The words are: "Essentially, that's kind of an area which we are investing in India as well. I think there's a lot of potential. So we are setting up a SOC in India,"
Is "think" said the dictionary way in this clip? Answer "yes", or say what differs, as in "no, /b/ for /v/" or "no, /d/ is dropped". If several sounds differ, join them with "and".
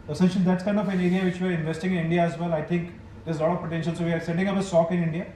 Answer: no, /t/ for /θ/